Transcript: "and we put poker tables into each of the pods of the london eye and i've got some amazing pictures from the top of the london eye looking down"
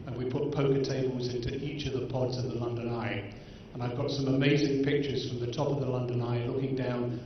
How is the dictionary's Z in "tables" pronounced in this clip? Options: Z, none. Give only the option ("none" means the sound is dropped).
Z